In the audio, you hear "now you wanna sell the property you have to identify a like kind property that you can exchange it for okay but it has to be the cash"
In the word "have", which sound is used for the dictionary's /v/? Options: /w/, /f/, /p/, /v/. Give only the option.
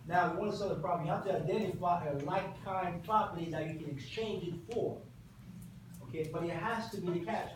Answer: /f/